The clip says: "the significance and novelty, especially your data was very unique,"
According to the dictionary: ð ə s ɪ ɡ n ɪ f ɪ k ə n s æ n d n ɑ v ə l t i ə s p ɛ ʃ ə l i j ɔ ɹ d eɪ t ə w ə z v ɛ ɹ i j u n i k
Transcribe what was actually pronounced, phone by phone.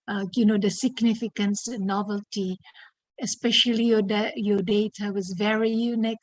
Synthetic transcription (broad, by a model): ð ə s ɪ ɡ n ɪ f ɪ k ə n s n n ɑ v ə l t i ə s p ɛ ʃ ə l i j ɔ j d eɪ t ə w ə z v ɛ ɹ i j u n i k